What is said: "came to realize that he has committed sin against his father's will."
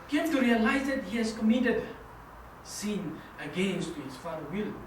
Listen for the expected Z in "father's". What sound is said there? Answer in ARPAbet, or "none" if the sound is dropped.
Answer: none